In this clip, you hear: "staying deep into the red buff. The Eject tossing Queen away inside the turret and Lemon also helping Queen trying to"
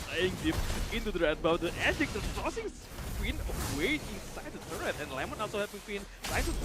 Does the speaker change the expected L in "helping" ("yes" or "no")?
yes